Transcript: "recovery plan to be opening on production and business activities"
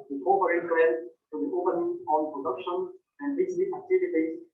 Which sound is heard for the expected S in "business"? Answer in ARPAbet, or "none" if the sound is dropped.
none